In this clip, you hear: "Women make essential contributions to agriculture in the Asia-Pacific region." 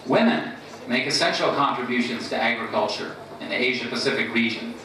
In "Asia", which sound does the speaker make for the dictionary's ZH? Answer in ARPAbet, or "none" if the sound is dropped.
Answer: ZH